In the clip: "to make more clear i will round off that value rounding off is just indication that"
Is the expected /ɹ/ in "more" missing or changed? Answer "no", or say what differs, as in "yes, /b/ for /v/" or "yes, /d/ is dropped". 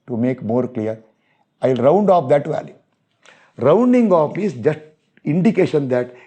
no